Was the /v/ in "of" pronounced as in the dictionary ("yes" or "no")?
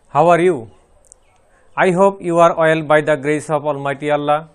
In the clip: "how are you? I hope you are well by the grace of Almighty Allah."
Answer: no